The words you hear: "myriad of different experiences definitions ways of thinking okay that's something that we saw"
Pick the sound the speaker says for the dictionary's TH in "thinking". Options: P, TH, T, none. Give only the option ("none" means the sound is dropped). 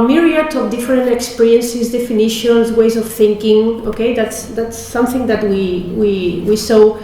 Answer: TH